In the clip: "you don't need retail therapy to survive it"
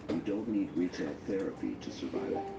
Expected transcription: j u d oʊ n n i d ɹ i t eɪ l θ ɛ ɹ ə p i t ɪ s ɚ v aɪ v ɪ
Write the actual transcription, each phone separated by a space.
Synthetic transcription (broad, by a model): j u d oʊ n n i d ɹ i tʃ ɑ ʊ θ ɛ ɹ ə p i t ɪ s ɚ v aɪ v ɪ